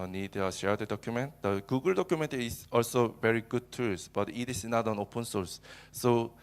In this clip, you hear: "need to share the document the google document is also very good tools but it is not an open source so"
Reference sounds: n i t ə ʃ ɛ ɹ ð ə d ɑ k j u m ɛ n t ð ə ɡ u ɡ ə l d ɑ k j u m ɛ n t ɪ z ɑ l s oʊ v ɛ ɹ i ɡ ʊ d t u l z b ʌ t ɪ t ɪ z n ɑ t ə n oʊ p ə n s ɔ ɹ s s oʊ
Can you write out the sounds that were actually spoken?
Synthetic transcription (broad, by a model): n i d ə ʃ ɛ ɹ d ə d ɑ k j u m ɛ n t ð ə ɡ u ɡ ə l d ɑ k j u m ɛ n t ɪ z ɑ l s oʊ v ɛ ɹ i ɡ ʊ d t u z b ʌ t ɪ t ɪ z n ɑ t ə n oʊ p ə n s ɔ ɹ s s oʊ